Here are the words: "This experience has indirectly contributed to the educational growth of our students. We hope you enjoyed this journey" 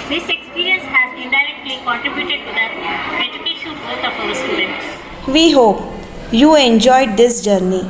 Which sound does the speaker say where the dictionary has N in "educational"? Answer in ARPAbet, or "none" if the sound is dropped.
none